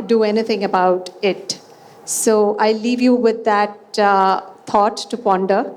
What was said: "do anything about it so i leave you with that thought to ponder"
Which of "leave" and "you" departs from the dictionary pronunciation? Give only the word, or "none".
none